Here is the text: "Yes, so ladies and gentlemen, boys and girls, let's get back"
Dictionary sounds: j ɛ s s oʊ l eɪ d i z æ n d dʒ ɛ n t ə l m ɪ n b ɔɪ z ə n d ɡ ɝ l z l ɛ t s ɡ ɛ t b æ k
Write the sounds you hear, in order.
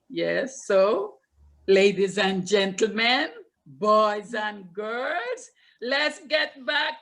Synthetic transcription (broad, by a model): j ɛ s s oʊ l eɪ d i z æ n dʒ ɛ n t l m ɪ n b ɔɪ z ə n ɡ ɝ l z l ɛ t s ɡ ɛ t b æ k